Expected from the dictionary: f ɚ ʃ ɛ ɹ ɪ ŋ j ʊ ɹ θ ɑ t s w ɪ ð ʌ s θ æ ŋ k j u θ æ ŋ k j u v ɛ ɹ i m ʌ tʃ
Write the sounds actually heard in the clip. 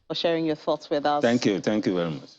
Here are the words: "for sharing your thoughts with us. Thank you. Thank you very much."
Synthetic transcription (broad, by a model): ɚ ʃ ɛ ɹ ɪ ŋ j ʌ θ ɑ t s w ɪ ð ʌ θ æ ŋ k j u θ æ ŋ k j u v ɛ ɹ i m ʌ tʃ